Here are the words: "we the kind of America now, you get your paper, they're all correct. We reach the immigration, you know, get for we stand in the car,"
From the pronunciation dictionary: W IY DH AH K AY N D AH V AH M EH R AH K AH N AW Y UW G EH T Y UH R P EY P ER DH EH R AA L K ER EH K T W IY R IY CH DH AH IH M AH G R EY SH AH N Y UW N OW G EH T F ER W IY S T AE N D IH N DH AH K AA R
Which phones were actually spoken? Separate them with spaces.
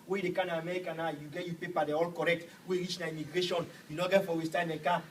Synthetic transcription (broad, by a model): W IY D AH K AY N AH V AH M EH R AH K AH N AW Y UW G EH T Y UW P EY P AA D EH AA L K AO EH K T W IY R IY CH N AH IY M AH G R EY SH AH N Y UW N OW G EH T F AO W IY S T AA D IH N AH K AA